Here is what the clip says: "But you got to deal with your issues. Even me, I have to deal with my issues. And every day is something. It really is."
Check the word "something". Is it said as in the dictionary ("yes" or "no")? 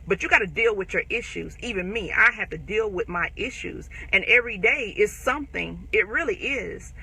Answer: yes